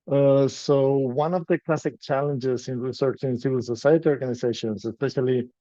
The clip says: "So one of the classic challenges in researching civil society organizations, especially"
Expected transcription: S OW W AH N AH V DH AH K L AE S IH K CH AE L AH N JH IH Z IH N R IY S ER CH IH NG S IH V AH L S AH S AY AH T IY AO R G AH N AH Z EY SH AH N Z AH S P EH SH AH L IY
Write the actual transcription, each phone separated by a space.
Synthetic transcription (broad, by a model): S OW W AH N AH V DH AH K L AE S IH K CH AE L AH N JH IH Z IH N R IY S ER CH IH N S IH V AH L S AH S AY AH T IY AO R G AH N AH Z EY SH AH N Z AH S P EH SH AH L IY